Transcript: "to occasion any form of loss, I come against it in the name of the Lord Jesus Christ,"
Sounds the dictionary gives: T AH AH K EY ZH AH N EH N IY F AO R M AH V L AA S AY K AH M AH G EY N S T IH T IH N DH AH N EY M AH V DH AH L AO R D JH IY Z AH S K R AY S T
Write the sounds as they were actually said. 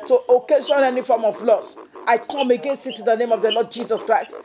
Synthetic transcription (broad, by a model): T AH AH K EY SH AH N EH N IY F AO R M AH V L AA S AY K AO M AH G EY N S IH T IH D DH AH N EY M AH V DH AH L AO D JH IY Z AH S K R AY S T